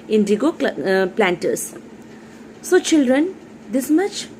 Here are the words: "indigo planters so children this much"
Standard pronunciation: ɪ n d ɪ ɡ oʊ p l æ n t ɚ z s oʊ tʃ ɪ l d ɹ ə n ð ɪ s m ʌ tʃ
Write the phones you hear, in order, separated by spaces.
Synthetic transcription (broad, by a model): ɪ n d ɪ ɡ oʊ p l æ n t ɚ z s oʊ tʃ ɪ l d ɹ ə n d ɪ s m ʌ tʃ